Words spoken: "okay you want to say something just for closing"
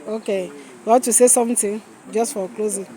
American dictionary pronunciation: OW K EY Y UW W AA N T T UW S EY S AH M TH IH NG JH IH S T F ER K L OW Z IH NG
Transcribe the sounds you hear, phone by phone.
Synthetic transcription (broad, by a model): OW K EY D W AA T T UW S EY S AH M T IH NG JH IH S T F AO K L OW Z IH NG